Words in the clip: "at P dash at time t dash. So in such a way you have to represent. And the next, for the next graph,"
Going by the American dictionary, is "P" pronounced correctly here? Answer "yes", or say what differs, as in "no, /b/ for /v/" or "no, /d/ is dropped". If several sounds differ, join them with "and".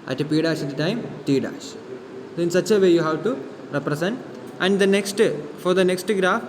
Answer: yes